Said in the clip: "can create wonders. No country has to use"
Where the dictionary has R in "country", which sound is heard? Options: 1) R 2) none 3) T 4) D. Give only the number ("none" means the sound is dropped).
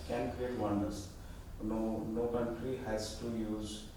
1